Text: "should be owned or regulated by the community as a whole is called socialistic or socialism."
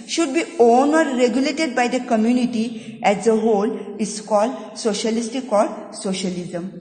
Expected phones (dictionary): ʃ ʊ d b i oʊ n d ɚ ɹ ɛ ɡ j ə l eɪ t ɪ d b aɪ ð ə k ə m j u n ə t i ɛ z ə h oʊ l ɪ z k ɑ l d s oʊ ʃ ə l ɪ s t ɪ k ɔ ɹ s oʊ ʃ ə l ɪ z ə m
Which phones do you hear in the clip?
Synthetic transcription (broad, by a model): ʃ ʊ d b i oʊ n ɔ ɹ ɛ ɡ j ə l eɪ t ɪ d b aɪ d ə k ə m j u n ə t i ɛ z ə h oʊ l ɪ s k ɑ l d s oʊ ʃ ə l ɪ s t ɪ k ɔ ɹ s oʊ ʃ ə l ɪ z ə m